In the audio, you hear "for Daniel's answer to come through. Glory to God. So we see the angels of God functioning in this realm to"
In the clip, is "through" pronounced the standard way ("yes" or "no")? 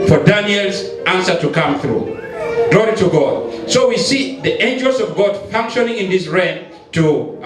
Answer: yes